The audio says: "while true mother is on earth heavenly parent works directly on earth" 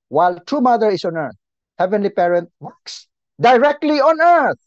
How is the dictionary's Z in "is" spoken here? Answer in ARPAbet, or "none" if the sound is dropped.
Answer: S